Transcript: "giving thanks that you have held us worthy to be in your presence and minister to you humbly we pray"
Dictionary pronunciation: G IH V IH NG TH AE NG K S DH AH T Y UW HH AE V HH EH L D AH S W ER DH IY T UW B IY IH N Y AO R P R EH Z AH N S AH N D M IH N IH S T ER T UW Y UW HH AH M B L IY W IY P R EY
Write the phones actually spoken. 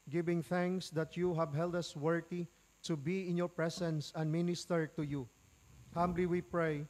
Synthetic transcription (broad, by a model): G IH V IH NG TH AE NG K S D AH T Y UW HH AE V HH EH L D AH S W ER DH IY T UW B IY IH N Y AO R P R EH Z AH N S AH N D M IH N IH S T ER T UW Y UW HH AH M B L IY W IY P R EY